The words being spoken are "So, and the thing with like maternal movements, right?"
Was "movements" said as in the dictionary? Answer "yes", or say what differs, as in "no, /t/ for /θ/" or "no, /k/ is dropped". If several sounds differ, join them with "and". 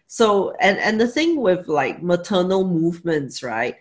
yes